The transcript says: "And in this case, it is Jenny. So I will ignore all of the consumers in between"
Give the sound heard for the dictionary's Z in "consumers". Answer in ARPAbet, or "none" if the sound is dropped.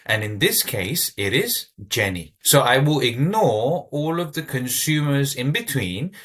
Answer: Z